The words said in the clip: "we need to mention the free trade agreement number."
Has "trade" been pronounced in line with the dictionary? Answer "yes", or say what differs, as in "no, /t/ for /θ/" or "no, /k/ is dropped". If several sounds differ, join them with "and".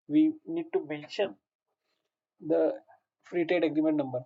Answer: no, /ɹ/ is dropped